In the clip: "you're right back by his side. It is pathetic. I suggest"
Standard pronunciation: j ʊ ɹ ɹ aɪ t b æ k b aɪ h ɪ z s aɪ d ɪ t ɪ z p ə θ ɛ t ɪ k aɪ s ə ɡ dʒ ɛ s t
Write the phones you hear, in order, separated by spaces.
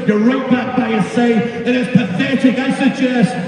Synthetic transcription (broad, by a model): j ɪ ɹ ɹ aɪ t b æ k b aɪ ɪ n s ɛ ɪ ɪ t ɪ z p ə θ ɛ t ɪ k aɪ s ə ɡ dʒ ɛ s t